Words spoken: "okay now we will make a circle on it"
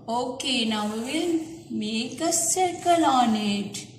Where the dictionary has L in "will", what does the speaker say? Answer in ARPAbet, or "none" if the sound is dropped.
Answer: N